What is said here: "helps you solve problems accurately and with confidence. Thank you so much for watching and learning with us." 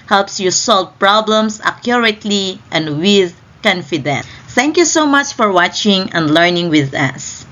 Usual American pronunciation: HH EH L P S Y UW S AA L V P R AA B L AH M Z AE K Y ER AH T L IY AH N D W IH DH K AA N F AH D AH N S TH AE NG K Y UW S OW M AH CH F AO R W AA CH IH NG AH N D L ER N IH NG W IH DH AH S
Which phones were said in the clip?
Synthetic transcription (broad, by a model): HH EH L P S Y UW S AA L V P R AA B L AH M S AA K Y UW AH T L IY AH N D W IH DH K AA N F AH D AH N TH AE NG K Y UW S OW M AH CH F AO R W AA CH IH NG AH N D L ER N IH NG W IH DH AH S